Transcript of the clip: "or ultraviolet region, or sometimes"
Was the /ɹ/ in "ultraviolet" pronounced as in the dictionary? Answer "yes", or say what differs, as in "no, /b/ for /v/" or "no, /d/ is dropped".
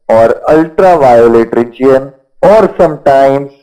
yes